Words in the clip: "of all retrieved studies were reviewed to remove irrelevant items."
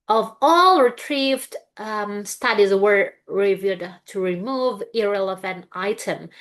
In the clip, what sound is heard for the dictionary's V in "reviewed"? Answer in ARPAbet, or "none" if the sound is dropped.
V